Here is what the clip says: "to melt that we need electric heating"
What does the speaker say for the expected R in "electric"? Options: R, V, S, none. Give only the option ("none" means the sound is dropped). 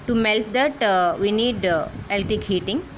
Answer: none